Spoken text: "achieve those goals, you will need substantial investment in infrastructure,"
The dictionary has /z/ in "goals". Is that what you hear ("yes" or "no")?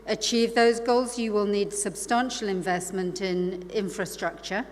yes